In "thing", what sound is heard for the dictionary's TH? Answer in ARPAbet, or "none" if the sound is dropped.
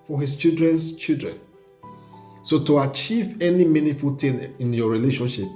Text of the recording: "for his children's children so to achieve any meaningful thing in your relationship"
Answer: T